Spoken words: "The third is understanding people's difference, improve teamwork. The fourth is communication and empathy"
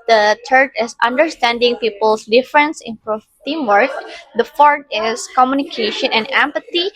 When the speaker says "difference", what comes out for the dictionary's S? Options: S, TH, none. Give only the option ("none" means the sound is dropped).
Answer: S